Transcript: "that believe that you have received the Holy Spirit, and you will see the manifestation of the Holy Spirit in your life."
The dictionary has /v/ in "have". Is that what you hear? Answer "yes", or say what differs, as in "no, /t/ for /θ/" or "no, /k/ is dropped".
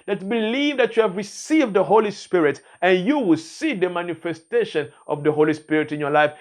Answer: yes